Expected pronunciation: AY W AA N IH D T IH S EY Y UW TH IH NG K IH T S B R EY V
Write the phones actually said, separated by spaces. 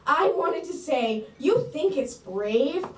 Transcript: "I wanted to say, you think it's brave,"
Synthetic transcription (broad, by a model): AY W AA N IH D T IH S EY Y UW TH IH NG K IH T S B R EY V